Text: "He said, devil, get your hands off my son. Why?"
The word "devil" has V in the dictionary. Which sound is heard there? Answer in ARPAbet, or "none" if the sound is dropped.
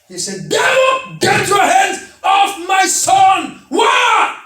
W